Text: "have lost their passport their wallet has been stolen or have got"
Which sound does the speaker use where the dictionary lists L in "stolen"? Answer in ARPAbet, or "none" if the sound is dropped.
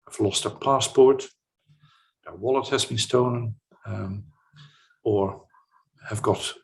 N